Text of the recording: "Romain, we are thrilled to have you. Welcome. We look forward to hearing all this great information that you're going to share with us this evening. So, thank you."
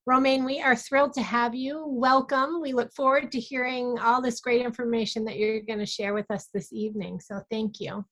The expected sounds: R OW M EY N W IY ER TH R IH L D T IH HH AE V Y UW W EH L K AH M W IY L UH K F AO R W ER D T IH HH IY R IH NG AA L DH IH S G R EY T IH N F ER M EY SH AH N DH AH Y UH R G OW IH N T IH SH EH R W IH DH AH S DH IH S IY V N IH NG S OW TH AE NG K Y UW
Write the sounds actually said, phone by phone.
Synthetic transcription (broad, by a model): R OW M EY N W IY ER TH R IH L D T IH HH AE V Y UW W EH L K AH M W IY L UH K F AO R W ER D T IH HH IY R IH NG AA L DH IH S G R EY T IH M F ER M EY SH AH N DH AH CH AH R G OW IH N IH SH EH R W IH DH AH S DH IH S IY V N IH NG S OW TH AE NG K Y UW